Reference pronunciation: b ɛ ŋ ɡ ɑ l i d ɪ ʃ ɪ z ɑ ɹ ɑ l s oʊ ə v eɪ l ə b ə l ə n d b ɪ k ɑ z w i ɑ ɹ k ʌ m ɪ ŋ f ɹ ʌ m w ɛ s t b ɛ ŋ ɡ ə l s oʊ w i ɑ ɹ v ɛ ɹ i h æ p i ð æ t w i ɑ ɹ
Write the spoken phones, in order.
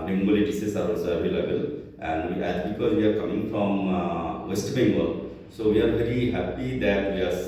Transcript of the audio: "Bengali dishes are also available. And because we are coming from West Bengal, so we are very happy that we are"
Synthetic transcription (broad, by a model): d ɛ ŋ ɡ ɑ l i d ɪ s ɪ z ɑ ɹ ɑ l s oʊ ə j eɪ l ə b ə l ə n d b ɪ k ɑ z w i ɑ ɹ k ʌ m ɪ ŋ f ɹ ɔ m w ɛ s t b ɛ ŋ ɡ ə s oʊ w i ɑ ɹ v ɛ ɹ i h æ p i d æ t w i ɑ ɹ